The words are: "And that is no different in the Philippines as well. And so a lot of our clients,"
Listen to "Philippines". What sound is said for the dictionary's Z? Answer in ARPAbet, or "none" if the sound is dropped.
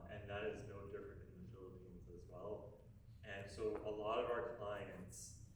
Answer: Z